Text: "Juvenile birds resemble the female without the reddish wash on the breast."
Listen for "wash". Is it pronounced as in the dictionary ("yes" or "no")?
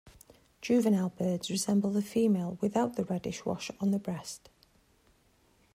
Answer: yes